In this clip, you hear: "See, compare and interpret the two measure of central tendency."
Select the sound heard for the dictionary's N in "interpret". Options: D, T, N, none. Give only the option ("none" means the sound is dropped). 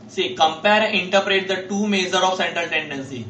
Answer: none